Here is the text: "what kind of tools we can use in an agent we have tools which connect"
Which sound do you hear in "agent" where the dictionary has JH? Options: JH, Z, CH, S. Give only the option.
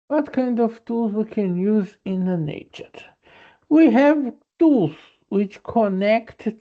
CH